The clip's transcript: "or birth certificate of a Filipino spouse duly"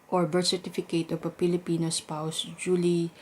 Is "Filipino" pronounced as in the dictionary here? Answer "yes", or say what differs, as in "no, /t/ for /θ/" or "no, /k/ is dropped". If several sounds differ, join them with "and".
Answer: no, /p/ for /f/